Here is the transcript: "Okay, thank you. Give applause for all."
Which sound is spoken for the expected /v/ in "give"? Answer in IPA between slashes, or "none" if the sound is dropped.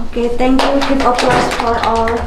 /p/